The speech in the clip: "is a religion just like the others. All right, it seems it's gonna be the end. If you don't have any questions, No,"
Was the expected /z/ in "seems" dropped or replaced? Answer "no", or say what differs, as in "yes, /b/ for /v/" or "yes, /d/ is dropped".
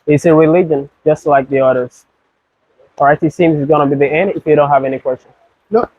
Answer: no